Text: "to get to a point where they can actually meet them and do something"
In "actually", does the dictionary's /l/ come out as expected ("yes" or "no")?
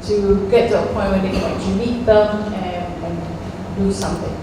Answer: no